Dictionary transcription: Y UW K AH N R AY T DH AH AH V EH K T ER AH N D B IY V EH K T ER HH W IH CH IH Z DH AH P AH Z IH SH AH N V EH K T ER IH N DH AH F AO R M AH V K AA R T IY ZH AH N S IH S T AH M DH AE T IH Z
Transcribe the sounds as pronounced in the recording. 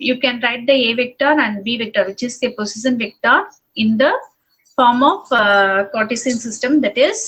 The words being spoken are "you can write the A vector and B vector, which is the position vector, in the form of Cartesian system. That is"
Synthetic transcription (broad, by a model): Y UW K AH N R AY T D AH AH V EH K T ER AH N D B IY V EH K T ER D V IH CH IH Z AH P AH S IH S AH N V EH K T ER IH N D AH F AO R M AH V K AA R T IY S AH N S IH S T AH M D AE T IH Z